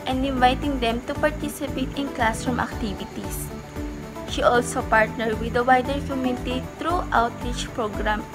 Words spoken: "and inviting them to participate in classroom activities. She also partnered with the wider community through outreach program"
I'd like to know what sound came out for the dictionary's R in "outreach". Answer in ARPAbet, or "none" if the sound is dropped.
R